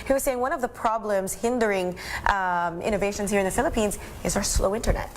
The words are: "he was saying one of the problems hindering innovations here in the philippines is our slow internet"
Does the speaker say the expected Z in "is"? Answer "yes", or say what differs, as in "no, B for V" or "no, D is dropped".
yes